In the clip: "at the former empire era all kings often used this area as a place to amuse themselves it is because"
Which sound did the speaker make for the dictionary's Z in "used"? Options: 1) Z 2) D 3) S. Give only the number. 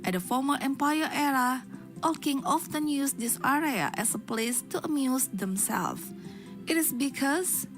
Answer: 3